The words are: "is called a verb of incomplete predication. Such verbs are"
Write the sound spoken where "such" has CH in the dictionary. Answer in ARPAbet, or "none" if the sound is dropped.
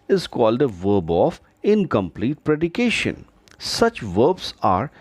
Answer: CH